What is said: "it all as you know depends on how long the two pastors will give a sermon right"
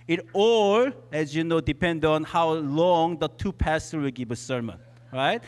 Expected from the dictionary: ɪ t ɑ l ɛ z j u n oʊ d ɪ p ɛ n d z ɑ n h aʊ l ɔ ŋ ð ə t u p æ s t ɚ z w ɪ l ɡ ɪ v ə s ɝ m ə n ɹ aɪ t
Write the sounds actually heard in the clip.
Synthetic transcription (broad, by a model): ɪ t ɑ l ɛ z j u n oʊ d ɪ p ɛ n d ɑ n h aʊ l ɔ ŋ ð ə t u p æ s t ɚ w ɪ l ɡ ɪ v ə s ɝ m ə n ɹ aɪ t